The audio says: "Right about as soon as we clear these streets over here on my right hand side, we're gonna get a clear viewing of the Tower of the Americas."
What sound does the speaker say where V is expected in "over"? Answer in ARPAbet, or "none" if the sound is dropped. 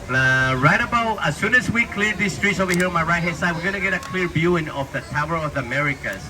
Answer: none